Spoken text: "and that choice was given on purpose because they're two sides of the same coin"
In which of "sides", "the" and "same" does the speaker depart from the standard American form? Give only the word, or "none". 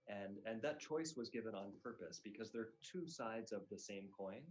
none